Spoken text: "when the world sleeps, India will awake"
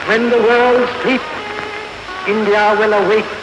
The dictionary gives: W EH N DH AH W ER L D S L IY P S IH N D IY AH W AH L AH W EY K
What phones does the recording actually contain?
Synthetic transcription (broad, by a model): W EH N DH AH W ER L D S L IY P IH N D IY AH W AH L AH W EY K